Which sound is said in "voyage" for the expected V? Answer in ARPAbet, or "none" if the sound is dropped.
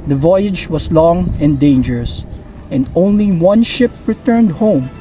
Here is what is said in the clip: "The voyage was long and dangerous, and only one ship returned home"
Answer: V